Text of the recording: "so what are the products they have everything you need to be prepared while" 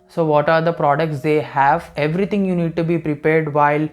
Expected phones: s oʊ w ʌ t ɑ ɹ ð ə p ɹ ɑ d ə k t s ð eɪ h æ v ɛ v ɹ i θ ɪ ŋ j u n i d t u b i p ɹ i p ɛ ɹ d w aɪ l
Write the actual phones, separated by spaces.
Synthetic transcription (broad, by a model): s oʊ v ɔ t ɑ ɹ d ə p ɹ ɑ d ə k t s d eɪ h æ v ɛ v ɹ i t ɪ ŋ j u n i d t u b i p ɹ i p ɛ ɹ d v aɪ l